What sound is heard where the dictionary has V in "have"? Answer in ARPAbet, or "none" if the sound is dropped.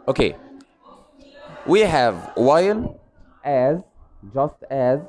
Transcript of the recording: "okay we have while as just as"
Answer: V